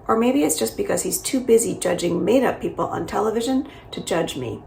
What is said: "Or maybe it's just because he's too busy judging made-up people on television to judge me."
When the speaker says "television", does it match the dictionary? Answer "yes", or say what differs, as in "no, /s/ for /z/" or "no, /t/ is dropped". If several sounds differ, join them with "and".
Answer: yes